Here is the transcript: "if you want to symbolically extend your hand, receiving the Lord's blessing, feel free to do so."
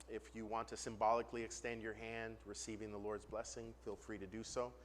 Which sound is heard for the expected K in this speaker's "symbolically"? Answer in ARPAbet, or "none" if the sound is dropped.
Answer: K